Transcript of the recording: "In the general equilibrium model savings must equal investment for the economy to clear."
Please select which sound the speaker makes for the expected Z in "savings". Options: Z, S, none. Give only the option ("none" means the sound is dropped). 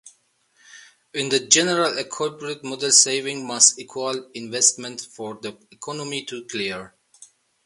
none